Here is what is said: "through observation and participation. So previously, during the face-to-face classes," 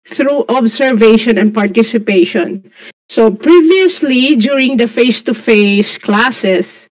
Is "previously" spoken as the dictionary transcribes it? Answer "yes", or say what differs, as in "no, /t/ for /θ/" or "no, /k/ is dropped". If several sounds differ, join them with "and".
yes